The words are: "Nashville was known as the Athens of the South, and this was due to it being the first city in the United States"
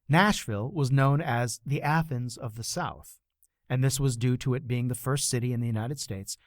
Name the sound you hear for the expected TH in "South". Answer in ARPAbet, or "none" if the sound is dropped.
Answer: TH